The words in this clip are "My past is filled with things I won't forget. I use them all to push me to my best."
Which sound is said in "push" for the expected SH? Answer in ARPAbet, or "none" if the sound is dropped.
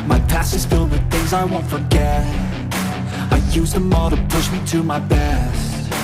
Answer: SH